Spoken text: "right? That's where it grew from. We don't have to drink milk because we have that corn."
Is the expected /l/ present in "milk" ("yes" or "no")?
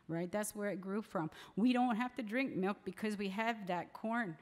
yes